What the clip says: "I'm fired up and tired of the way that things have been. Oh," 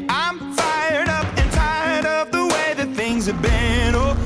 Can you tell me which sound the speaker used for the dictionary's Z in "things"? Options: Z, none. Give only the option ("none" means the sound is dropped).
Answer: Z